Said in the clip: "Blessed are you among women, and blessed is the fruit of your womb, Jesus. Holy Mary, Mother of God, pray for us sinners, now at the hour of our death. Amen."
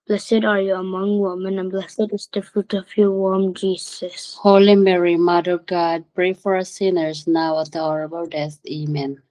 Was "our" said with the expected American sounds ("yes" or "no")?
no